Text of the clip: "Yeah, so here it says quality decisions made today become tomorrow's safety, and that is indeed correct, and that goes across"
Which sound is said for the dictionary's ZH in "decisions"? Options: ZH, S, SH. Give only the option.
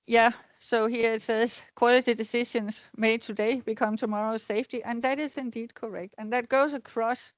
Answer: SH